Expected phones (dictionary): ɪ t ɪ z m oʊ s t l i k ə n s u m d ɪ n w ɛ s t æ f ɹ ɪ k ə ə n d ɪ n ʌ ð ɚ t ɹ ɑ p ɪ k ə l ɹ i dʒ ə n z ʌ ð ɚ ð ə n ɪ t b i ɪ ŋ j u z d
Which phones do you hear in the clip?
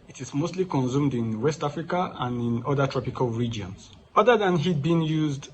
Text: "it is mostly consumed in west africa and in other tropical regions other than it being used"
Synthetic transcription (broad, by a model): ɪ t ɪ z m oʊ s t l i k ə n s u m d ɪ n w ɛ s t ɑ f ɹ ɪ k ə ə n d ɪ n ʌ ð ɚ t ɹ ɑ p ɪ k ə l ɹ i dʒ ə n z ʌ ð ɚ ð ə n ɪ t b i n j u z d